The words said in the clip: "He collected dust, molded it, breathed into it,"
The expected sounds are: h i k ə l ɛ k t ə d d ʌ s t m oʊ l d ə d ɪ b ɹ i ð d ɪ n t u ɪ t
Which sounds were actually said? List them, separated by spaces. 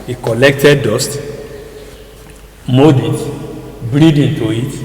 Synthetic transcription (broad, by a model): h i k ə l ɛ k t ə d d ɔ s t m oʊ d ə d b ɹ i d ɪ n t u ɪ t